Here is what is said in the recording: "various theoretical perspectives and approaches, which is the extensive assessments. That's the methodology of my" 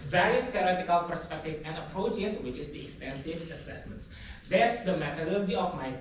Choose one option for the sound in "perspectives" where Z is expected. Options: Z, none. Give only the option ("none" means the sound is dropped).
none